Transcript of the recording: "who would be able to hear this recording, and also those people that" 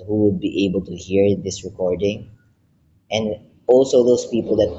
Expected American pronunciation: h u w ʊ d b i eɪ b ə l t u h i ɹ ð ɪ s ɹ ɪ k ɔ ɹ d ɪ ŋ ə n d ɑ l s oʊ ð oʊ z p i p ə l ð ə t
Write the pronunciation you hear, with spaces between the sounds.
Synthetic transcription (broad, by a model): h u w ʊ d b i eɪ b ə l t u h i ɹ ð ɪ s ɹ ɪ k ɔ ɹ d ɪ ŋ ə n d ɑ l s oʊ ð oʊ s p i p ə l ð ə t